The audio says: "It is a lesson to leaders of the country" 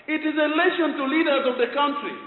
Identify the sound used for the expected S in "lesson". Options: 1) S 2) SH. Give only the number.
2